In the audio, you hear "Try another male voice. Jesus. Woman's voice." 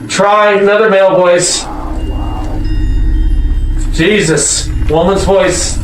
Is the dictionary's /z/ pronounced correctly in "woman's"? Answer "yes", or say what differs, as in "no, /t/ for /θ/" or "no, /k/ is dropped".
yes